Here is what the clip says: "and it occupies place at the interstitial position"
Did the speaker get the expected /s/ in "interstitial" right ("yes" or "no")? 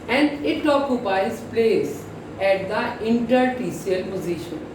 no